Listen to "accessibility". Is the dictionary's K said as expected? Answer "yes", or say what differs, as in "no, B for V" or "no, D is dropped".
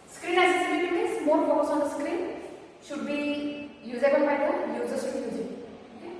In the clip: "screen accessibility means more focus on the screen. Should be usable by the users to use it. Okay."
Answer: no, K is dropped